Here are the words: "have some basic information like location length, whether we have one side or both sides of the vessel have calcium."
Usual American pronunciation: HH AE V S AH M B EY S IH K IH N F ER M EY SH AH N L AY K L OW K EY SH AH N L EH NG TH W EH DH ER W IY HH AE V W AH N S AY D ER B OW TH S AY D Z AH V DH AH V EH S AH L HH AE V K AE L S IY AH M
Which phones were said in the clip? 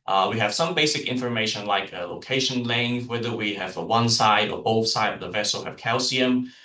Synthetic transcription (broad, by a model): HH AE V S AH M B EY S IH K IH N F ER M EY SH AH N L AY K L OW K EY SH AH N L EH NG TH W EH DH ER W IY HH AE V W AH N S AY D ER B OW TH S AY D AH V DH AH V EH S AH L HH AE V K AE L S IY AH M